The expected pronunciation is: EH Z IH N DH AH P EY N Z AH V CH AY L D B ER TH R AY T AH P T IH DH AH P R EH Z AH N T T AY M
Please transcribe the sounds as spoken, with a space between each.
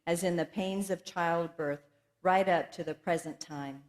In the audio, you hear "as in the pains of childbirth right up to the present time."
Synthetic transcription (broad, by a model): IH Z IH N DH AH P EY N Z AH V CH AY L D B ER TH R AY T AH P T IH DH AH P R EH Z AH N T T AY M